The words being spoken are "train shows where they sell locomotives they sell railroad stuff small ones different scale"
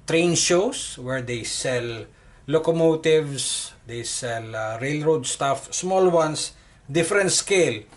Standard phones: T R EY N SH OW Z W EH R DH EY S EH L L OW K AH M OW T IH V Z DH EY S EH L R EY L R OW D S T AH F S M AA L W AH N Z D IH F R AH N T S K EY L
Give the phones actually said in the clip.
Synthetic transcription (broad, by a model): T R EY N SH OW S W EH R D EY S EH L L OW K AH M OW T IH V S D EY S EH L R EY L R OW D S T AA F S M AA L W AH N S D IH F R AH N T S K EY L